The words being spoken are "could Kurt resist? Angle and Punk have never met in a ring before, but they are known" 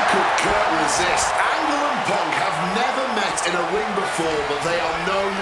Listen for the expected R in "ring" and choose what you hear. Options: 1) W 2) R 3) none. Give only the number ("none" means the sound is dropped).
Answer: 1